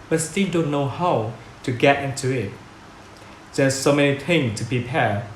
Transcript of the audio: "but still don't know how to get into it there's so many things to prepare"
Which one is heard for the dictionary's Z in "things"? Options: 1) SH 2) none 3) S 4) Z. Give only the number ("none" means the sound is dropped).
2